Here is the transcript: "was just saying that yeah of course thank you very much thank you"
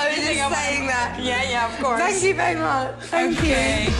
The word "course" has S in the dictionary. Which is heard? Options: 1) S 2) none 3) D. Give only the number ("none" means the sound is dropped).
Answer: 2